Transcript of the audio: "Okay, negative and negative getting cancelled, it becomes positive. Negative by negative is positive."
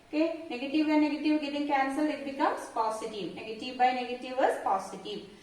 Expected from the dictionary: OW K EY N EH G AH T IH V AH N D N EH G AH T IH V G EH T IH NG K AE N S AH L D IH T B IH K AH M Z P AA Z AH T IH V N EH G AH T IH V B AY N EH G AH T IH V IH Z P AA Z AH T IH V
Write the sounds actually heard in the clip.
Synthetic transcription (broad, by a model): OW K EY N EH G AH T IH V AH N N EH G AH T IH V G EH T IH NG K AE N S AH L IH T B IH K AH M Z P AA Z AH T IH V N EH G AH T IH V B AY N EH G AH T IH V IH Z P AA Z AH T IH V